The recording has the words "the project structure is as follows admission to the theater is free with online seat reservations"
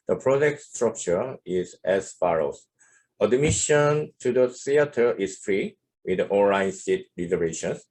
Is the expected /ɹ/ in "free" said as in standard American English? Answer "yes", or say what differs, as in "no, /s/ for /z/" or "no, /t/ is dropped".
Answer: yes